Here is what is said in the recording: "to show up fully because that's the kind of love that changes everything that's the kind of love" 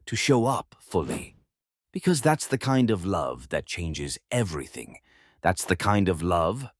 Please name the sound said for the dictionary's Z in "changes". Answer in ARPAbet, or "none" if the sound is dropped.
Z